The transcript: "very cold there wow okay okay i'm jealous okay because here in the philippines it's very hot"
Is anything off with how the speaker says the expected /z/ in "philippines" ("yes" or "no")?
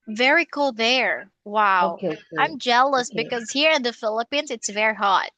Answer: no